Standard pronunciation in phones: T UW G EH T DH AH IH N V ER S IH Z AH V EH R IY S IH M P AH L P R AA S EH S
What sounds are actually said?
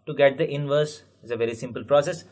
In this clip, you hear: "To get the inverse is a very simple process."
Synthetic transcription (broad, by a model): T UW G EH T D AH IH N V ER S IH Z AH V EH R IY S IH M P AH L P R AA S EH S